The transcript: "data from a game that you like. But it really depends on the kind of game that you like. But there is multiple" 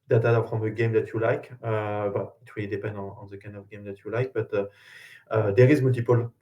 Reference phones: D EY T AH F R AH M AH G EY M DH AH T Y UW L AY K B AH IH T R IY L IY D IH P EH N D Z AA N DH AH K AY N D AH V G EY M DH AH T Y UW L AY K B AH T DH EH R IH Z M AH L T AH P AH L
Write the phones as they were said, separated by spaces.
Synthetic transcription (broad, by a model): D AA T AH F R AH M AH G EY M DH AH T Y UW L AY K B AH IH T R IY IY D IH P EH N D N AA N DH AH K AY N D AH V G EY M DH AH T Y UW L AY K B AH T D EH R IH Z M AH L T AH P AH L